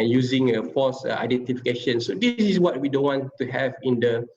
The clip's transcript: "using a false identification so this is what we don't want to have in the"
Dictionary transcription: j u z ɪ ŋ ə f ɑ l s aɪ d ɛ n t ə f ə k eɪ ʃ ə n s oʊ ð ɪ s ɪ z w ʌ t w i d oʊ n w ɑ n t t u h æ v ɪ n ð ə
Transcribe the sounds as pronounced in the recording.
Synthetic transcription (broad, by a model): j u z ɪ ŋ ə f ɑ s aɪ d ɛ n t ə f ə k eɪ ʃ ə n s oʊ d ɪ s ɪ s w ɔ t w i d oʊ n w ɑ n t t u h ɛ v ɪ n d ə